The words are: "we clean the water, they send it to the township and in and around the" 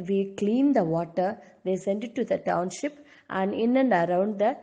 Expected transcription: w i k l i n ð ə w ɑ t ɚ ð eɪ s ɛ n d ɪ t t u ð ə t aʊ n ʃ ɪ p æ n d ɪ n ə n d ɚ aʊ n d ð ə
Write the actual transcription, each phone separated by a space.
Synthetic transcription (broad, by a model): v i k l i n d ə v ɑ t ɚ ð eɪ s ɛ n d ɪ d t u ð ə t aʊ n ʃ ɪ p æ n d ɪ n ə n d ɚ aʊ n d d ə